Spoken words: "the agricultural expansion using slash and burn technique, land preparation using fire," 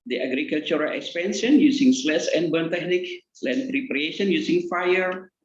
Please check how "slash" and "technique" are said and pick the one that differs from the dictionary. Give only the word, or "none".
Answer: slash